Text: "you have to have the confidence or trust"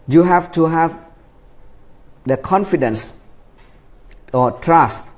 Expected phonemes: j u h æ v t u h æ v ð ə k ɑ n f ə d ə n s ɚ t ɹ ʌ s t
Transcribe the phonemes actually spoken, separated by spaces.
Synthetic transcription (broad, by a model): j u h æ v t u h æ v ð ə k ɑ n f ə d ə n s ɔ t ɹ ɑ s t